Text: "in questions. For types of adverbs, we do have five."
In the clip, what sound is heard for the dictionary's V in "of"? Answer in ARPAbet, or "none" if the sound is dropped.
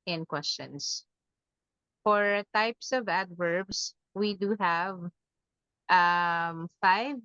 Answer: V